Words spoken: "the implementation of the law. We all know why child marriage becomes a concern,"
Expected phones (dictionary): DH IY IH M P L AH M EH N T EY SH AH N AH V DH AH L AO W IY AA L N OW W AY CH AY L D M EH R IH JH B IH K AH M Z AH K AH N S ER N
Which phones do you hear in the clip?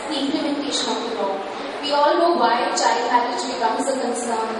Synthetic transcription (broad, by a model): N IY IH M P L AH M EH N T EY SH AH N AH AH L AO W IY AA L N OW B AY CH AY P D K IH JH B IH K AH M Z AH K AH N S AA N